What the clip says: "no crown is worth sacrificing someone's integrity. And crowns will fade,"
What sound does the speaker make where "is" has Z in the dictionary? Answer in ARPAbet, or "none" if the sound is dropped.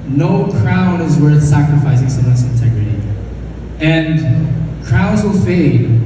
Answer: Z